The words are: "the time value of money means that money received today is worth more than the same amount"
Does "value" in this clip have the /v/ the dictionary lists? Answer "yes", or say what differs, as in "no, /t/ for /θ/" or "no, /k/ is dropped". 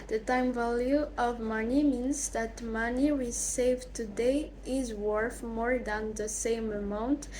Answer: yes